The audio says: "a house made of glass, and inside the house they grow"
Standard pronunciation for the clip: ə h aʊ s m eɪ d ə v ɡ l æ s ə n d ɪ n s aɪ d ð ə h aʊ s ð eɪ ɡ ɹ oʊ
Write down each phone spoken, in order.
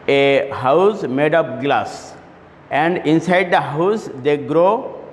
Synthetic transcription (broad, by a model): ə h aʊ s m eɪ d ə p ɡ l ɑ s ə n d ɪ n s aɪ d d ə h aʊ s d eɪ ɡ ɹ oʊ